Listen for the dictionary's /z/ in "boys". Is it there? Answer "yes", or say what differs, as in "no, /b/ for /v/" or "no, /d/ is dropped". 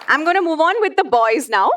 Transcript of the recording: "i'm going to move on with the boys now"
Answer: yes